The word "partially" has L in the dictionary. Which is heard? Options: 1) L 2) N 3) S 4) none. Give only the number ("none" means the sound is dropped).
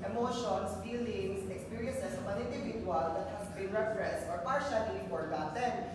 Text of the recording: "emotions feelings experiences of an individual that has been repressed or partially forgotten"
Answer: 2